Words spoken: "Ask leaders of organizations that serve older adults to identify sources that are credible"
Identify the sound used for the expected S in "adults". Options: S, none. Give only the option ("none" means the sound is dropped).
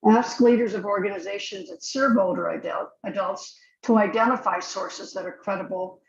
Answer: S